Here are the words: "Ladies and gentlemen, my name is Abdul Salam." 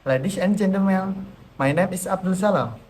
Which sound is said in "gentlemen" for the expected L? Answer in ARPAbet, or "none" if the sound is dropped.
none